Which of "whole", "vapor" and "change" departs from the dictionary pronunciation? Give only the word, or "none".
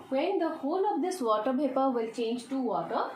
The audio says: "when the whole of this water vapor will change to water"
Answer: vapor